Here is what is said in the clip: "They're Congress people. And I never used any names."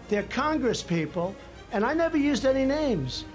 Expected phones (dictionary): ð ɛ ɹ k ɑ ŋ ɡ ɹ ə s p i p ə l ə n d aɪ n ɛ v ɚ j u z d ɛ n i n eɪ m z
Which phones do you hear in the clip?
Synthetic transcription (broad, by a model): ð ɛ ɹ k ɑ ŋ ɡ ɹ ə s p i p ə l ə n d aɪ n ɛ v ɚ j u z d ɛ n i n eɪ m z